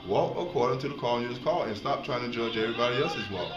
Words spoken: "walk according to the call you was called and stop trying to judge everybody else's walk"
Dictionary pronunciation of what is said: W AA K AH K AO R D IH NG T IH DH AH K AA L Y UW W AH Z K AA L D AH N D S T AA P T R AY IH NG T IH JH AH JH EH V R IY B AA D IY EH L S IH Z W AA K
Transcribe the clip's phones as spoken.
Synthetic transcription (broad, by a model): W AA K AH K AO R D IH NG T IH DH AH K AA N Y UW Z K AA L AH N S T AA P T R AY IH NG T IH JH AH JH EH R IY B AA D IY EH S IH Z W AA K